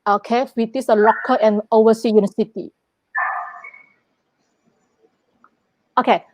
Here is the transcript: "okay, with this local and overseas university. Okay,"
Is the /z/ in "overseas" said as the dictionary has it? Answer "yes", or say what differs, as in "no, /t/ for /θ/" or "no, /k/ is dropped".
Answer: no, /z/ is dropped